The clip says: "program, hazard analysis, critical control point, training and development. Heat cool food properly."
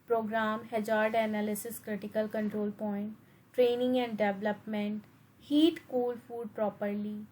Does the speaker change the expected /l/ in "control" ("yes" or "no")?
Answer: no